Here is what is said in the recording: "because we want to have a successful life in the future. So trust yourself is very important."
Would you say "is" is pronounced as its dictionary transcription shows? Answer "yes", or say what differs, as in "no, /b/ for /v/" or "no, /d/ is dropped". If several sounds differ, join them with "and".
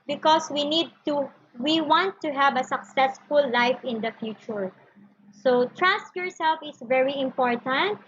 no, /s/ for /z/